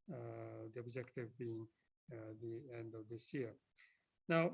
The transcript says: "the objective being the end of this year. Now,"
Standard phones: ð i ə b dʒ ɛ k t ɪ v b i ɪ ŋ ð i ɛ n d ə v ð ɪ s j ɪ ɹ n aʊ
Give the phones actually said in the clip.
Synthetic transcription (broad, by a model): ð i ə b dʒ ɛ k t ɪ v b i ɪ ŋ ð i ɛ n d ə v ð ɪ s j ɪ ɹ n aʊ